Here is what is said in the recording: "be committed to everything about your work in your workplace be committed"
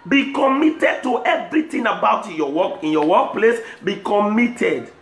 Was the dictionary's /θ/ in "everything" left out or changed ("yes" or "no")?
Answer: yes